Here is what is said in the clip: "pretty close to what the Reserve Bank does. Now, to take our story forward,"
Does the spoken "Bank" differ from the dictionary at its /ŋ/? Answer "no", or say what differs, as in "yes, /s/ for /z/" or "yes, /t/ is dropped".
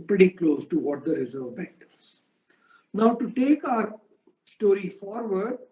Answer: yes, /ŋ/ is dropped